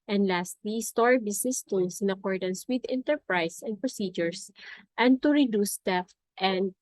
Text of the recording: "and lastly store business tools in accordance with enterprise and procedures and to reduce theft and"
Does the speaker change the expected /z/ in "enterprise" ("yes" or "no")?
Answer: yes